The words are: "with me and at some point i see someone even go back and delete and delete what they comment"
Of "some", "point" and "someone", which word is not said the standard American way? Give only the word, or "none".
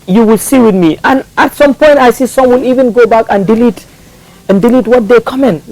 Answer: someone